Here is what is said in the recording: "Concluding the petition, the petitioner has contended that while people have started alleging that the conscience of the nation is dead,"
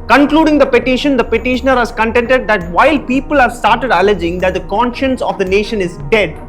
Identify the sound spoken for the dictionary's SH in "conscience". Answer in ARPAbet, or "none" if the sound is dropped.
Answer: SH